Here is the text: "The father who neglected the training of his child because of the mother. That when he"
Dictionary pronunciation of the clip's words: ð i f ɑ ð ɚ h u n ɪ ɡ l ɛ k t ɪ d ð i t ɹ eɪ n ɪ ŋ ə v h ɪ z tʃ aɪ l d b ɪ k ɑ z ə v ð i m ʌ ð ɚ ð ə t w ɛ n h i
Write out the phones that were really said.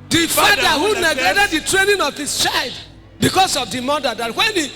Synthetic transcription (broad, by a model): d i f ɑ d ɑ h u n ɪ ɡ ɛ t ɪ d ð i t ɹ eɪ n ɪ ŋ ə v h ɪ s tʃ aɪ l d b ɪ k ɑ s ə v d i m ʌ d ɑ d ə t w ɛ n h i